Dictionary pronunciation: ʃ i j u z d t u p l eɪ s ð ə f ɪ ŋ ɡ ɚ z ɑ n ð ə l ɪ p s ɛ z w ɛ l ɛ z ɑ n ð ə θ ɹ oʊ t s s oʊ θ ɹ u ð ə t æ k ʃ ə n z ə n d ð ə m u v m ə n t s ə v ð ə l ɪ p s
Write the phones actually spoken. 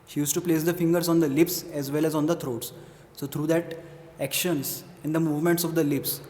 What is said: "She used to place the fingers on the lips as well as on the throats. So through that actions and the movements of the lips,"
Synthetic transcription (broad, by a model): ʃ i j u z t u p l eɪ s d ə f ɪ ŋ ɡ ɚ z ɑ n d ə l ɪ p s ɛ z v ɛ l ɛ z ɑ n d ə t ɹ oʊ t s s oʊ t ɹ u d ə t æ k ʃ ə n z ə n d ə m u v m ə n t s ə v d ə l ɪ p s